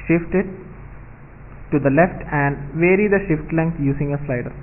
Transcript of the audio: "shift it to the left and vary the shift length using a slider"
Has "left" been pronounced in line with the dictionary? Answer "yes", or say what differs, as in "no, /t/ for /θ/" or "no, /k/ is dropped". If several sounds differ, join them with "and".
yes